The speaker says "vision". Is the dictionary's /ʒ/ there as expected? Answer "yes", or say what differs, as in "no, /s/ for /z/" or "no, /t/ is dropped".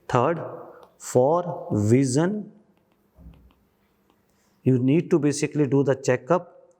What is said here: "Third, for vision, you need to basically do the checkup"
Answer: no, /z/ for /ʒ/